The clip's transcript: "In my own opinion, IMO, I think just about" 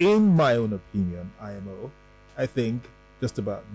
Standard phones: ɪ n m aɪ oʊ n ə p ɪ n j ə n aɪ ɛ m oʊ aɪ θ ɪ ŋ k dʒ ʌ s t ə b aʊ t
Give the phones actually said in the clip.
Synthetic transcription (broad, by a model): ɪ n m aɪ oʊ n ə p ɪ n j ə n aɪ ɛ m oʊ aɪ θ ɪ ŋ k dʒ ʌ s t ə b aʊ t